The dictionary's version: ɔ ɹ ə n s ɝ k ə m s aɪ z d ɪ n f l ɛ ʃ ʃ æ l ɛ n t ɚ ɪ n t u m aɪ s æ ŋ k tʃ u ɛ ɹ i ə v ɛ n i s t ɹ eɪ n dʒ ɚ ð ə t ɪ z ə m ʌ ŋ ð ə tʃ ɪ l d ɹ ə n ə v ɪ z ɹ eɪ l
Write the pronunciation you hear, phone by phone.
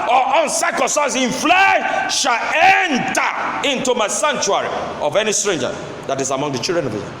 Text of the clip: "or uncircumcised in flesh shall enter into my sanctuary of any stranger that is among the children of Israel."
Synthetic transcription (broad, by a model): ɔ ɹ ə n s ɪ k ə s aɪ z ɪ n f l ɛ ʃ ʃ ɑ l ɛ n t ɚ ɪ n t u m aɪ s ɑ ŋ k tʃ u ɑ ɹ i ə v ɛ n i s t ɹ eɪ n dʒ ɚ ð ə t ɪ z ə m ʌ ŋ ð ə tʃ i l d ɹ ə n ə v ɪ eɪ